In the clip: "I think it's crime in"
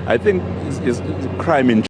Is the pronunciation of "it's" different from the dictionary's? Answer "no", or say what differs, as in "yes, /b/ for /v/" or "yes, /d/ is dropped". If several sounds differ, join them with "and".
yes, /s/ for /t/